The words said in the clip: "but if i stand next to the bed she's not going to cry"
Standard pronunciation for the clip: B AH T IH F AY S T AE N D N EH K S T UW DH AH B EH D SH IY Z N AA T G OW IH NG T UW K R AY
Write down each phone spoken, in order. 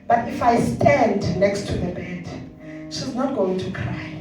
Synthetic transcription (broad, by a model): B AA T IH F AY S T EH N D N EH K S T UW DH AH B EH D SH IY Z N AA T G OW IH NG T UW K R AY